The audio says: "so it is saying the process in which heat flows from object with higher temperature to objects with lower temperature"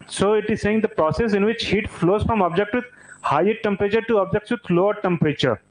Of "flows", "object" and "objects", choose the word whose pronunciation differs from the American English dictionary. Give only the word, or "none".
none